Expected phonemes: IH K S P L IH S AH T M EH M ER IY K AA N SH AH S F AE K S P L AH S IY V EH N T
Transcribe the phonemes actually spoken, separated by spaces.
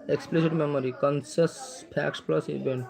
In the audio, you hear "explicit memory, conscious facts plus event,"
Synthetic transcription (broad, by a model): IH K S P L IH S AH T M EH M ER IY K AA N S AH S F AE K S P L AH S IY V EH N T